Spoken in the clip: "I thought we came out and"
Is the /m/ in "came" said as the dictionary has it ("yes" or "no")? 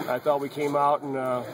yes